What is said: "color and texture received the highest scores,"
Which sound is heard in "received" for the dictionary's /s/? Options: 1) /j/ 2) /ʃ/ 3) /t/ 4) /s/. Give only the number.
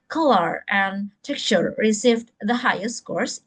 4